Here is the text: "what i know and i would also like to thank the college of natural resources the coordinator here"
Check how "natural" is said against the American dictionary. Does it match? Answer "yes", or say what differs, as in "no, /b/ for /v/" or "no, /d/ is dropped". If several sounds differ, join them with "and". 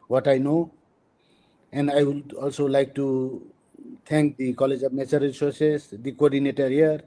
no, /ɹ/ is dropped